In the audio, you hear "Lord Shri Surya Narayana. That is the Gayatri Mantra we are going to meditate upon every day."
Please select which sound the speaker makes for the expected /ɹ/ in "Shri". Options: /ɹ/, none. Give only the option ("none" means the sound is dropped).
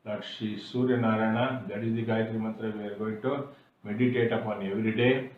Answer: none